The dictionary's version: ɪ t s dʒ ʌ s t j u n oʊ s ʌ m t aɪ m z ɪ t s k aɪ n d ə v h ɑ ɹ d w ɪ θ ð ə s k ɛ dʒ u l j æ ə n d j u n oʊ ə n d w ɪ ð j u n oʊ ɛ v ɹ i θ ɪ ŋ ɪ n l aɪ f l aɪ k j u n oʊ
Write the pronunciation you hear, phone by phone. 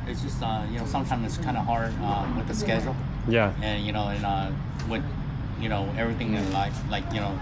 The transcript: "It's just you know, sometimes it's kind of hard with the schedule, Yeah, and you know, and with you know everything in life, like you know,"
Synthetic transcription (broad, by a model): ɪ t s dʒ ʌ s t j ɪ n oʊ s ʌ m t aɪ m z ɪ t s k aɪ n d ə h ɑ ɹ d w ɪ ð ə s k ɛ dʒ l j æ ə n j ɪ n oʊ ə n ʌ w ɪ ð j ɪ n oʊ ɛ v ɹ i θ ɪ ŋ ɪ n l aɪ f l aɪ k j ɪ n oʊ